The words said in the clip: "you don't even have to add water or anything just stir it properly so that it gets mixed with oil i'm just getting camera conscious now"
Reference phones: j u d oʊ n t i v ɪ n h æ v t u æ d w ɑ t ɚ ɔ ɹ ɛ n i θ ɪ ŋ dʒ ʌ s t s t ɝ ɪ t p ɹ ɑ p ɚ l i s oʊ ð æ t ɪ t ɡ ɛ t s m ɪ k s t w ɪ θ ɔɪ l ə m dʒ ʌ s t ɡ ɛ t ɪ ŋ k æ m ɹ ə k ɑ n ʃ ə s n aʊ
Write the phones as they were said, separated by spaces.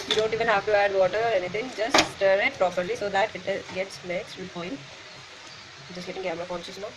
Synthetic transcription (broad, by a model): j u d oʊ n t i v ɪ n h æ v t u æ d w ɑ t ɚ ɔ ɹ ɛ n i t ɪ ŋ dʒ ʌ s t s t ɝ ɪ t p ɹ ɑ p ɚ l i s oʊ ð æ t ɪ t ɡ ɛ t s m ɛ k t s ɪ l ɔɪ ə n dʒ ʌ s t ɡ ɛ t ɪ ŋ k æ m ɹ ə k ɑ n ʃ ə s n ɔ